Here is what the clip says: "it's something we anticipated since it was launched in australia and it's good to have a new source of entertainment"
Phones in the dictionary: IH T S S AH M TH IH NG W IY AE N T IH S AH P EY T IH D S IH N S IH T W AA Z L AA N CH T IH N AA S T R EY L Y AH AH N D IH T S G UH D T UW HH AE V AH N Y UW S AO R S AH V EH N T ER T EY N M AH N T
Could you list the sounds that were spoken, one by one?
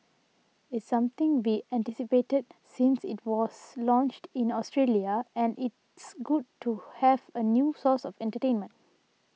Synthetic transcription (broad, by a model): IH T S S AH M T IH NG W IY AE N T IH S AH P EY T IH D S IH N S IH T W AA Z L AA N CH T IH N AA S T R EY L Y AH AH N D IH T S G UH D T UW HH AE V AH N Y UW S AO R S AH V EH N T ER T EY N M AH N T